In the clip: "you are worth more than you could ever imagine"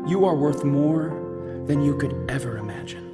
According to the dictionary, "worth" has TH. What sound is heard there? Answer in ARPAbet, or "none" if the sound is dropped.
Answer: TH